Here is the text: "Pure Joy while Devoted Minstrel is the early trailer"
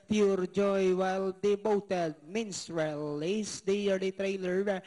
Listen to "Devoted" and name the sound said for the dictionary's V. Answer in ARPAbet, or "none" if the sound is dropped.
B